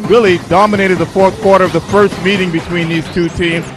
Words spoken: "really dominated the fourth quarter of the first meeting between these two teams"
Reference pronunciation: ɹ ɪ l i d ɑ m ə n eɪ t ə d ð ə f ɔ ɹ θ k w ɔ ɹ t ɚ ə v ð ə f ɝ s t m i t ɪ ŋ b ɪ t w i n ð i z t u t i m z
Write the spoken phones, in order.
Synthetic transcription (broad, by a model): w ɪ l i d ɑ m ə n eɪ t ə d ð ə f ɔ ɹ θ k w ɔ ɹ t ɚ ə v ð ə f ɝ s t m i t ɪ ŋ b ɪ t w i n ð i z t u t i m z